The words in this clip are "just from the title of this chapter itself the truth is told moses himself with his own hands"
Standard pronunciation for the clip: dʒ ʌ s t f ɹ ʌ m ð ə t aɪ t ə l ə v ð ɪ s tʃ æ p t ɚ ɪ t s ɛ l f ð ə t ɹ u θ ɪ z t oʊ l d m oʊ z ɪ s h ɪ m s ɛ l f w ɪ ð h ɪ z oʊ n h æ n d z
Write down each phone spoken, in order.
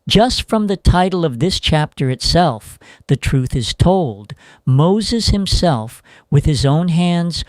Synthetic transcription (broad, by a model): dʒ ʌ s t f ɹ ʌ m ð ə t aɪ t l ə v ð ɪ s tʃ æ p t ɚ ɪ t s ɛ l f ð ə t ɹ u θ ɪ z t oʊ l d m oʊ z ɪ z h ɪ m s ɛ l f w ɪ ð ɪ z oʊ n h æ n d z